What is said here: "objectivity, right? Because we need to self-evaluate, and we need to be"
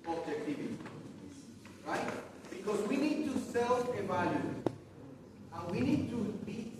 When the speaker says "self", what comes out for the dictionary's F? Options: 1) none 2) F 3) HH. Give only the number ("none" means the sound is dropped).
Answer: 1